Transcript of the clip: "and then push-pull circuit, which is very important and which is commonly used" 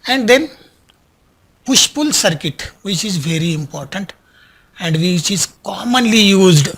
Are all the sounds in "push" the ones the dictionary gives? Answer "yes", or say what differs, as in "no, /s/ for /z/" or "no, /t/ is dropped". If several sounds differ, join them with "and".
yes